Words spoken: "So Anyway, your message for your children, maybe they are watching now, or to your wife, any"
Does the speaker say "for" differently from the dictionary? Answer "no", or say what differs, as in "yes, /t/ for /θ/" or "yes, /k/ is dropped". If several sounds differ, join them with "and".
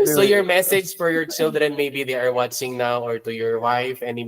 no